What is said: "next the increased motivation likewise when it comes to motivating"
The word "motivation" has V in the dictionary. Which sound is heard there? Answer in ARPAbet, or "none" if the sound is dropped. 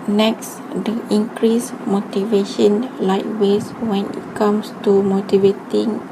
V